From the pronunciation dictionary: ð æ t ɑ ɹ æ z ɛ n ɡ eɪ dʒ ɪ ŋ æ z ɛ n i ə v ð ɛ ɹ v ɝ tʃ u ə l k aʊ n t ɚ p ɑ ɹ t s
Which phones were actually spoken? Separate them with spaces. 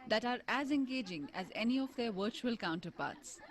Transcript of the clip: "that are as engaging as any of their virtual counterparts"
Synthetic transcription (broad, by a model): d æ t ɑ ɹ æ z ɛ n ɡ eɪ dʒ ɪ ŋ æ z ɛ n i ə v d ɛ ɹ v ɝ tʃ u ə l k aʊ n t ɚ p ɑ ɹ t s